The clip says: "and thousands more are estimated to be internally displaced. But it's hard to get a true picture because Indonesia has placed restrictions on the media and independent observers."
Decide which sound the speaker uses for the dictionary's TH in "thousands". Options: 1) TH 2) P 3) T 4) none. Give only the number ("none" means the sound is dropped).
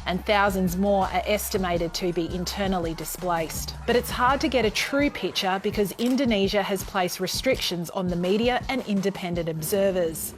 1